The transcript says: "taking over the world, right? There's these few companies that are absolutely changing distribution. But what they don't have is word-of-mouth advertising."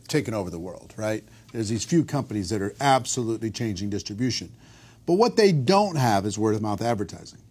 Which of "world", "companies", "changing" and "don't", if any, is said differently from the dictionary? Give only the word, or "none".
none